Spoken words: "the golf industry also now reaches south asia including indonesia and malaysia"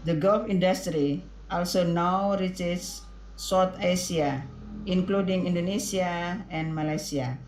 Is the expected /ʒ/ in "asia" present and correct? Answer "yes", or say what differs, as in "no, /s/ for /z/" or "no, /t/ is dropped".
no, /s/ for /ʒ/